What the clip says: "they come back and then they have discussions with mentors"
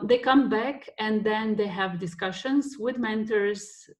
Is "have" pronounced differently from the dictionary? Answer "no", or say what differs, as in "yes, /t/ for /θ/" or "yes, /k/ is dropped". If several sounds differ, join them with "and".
no